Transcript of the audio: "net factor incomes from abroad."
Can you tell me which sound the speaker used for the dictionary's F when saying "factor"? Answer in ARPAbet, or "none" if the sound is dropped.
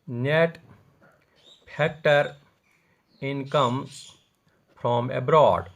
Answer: P